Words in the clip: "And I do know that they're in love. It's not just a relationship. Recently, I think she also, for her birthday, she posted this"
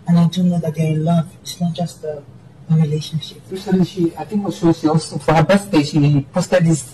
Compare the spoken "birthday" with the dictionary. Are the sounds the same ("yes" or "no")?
no